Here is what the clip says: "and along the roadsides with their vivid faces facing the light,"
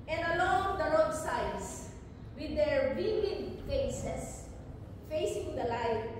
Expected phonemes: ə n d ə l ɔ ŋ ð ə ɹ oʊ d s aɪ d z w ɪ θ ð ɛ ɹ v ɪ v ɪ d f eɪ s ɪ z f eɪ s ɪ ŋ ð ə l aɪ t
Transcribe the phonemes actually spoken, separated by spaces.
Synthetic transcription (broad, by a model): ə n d ə l ɔ ŋ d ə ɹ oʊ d s aɪ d s w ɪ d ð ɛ ɹ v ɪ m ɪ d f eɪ s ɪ s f eɪ s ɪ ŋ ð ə l aɪ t